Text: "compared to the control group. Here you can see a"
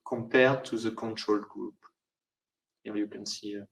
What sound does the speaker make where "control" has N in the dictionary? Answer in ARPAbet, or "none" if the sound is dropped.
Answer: N